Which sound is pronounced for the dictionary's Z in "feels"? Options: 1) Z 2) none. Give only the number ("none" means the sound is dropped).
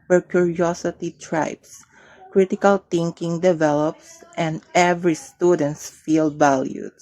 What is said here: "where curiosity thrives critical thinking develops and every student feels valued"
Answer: 2